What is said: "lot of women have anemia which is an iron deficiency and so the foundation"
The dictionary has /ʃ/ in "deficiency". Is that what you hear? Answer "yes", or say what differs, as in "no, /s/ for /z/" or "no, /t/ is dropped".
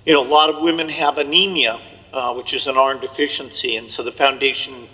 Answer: yes